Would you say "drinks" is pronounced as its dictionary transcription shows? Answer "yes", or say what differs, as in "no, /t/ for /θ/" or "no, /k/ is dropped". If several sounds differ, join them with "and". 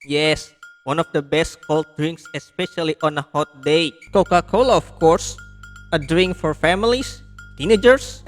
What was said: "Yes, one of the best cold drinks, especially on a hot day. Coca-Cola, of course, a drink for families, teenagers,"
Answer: yes